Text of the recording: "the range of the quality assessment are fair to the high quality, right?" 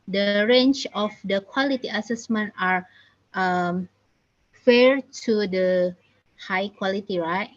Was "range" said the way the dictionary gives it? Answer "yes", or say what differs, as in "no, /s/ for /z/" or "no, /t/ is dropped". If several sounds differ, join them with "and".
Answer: no, /tʃ/ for /dʒ/